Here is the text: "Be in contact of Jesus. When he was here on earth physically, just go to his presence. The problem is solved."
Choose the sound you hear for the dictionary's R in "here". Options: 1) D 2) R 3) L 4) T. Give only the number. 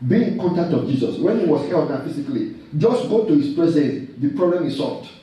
3